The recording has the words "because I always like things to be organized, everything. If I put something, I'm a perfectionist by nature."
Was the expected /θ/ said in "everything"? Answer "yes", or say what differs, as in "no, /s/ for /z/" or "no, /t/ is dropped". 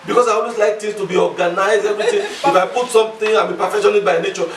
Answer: no, /t/ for /θ/